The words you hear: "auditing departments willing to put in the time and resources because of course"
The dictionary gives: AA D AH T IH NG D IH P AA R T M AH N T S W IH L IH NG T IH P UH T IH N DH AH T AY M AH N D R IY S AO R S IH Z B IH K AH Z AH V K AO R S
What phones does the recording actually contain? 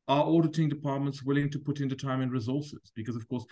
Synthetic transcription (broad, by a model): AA D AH T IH NG D IH P AA R T M AH N T S W IH L IH NG T IH P UH T IH N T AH T AY M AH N R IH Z AO R S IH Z B IH K AH Z AH V K AO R S